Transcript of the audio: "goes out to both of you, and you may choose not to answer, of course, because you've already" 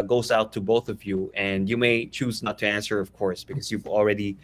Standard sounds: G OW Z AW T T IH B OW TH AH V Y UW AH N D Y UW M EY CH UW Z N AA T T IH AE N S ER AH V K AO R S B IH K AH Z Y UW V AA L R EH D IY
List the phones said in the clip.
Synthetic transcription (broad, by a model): G OW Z AW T T IH B OW TH AH V Y UW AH N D Y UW M EY CH UW Z N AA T T IH AE N S ER AH V K AO R S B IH K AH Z Y UW V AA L R EH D IY